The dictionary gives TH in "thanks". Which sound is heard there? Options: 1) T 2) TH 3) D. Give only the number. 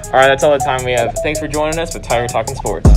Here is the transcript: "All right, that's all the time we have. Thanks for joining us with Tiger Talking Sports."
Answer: 2